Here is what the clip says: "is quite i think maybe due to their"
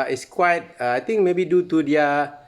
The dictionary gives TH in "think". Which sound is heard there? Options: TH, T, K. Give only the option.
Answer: T